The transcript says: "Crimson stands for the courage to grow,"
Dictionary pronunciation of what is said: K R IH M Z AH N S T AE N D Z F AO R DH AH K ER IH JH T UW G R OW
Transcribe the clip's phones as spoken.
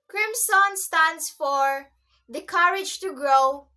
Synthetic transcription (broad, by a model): K R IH M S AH N S T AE N D S F AO R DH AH K ER IH JH T UW G R OW